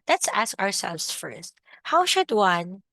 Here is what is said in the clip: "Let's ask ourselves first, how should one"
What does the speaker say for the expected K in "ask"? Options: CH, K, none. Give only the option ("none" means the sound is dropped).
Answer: K